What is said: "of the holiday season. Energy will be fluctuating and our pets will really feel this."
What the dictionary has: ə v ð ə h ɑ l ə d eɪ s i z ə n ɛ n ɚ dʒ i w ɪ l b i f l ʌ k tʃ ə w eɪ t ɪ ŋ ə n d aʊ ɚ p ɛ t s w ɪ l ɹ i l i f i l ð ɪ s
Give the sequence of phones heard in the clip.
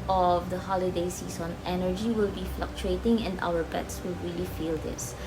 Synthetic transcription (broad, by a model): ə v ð ə h ɑ l ə d eɪ s i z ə n ɛ n ɚ dʒ i w ɪ l b i f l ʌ k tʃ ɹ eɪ t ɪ ŋ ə n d aʊ ɚ b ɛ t s w ɪ l ɹ i l i f i l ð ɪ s